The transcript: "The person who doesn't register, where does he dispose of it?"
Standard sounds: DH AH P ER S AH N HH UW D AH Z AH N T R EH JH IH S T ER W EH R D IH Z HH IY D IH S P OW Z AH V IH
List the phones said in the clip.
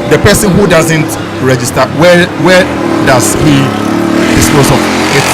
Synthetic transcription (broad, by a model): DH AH P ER S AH N HH UW D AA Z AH N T R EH JH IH S T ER W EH W D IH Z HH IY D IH S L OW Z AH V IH